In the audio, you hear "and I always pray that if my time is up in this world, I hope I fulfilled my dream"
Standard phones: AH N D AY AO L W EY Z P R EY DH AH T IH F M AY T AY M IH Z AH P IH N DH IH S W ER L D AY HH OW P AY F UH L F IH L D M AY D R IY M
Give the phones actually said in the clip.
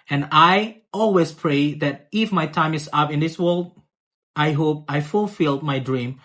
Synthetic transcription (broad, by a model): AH N AY AO L W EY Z P R EY DH AH T IH F M AY T AY M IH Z AH P IH N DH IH S W ER L D AY HH OW P AY F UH L F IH L D M AY D R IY M